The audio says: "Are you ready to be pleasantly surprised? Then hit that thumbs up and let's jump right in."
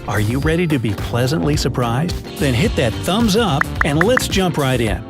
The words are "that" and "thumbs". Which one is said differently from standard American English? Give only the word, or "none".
none